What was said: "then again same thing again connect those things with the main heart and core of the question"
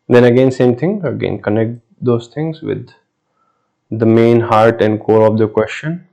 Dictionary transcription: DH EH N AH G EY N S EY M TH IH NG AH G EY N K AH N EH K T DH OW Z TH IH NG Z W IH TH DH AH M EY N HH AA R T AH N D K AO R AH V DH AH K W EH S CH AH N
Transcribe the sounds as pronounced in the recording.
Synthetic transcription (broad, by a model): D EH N AH G EY N S EY M T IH NG AH G EY N K AH N EH K T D OW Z T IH NG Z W IH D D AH M EY N HH AA R T AH N D K AO R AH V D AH K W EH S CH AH N